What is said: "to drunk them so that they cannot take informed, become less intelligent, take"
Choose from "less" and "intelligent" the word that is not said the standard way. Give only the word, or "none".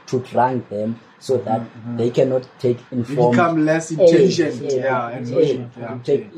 intelligent